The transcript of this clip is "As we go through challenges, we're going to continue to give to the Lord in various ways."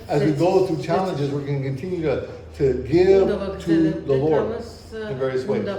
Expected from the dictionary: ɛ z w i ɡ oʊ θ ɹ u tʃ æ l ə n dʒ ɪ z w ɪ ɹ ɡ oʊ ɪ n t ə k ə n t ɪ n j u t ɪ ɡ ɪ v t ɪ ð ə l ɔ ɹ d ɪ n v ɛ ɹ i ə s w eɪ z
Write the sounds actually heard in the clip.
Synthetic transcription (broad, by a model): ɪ z w i ɡ oʊ θ ɹ u tʃ æ l ə n dʒ ɪ z w ɪ ɹ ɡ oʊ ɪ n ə k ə n t ɪ n j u t ɪ ɡ ɪ v t ɪ ð ə l ɔ ɹ d ɪ n v ɛ ɹ i ə s w eɪ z